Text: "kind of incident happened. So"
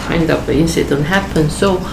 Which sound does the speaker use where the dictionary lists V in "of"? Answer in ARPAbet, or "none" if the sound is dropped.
P